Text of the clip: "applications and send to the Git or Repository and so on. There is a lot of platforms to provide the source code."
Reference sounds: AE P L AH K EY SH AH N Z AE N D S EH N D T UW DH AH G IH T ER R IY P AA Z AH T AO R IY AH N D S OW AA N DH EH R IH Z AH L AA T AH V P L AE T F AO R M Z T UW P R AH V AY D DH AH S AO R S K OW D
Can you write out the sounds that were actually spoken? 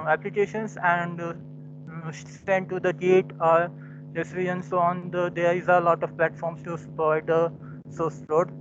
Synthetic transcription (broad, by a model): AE P L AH K EY SH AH N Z AE N D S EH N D T UW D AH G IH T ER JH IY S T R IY AH N D S OW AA N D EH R IH Z AH L AA T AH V P L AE T F AO R M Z T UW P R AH IH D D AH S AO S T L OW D